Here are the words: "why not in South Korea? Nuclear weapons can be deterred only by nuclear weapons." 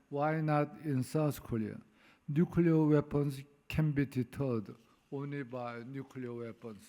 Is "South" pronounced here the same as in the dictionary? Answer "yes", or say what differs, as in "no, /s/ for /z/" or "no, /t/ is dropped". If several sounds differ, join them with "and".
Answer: no, /s/ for /θ/